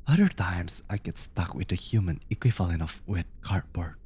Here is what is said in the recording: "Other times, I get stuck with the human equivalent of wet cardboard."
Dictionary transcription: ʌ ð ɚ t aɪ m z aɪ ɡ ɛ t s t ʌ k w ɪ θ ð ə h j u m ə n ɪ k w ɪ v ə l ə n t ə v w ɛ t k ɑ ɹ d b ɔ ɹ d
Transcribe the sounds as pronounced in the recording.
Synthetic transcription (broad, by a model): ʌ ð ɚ t aɪ m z aɪ ɡ ɛ t s t ʌ k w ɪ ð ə h j u m ə n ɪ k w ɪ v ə l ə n ə f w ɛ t k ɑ ɹ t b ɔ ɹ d